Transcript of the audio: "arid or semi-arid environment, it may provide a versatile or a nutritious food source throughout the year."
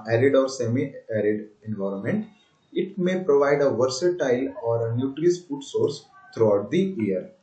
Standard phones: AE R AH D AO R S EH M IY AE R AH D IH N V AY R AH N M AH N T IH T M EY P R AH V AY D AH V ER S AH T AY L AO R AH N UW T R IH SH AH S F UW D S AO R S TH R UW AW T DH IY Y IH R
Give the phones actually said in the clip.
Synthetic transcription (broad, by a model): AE R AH D AO R S EH M IY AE R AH D IH N V AY R AH N M AH N T IH T M EY P R AH V AY D AH V ER S AH T AY L AO R AH N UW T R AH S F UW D S AO R S T R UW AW T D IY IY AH R